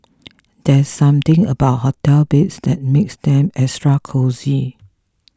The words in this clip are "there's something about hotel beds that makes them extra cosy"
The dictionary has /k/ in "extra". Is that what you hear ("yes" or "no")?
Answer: no